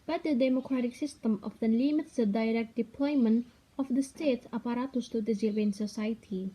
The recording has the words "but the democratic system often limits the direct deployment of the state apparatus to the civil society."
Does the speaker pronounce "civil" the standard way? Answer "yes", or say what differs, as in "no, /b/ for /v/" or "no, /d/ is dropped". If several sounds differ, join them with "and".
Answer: no, /n/ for /l/